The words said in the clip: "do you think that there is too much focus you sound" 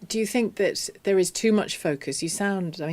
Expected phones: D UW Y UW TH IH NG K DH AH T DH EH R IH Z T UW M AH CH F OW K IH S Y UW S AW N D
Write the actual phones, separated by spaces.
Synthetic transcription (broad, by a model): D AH Y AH TH IH NG K DH AH T DH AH R IH Z T UW M AH CH F OW K IH S Y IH S AW N D